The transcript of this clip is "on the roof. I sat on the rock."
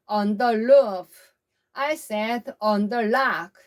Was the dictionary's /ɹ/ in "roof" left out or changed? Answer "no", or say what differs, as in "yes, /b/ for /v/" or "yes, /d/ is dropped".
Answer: yes, /l/ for /ɹ/